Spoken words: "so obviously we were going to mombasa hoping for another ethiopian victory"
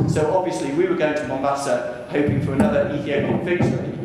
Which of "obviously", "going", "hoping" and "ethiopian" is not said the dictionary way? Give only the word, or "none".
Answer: ethiopian